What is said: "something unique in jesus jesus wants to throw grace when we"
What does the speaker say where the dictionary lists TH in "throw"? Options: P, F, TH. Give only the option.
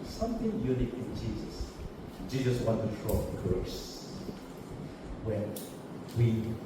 F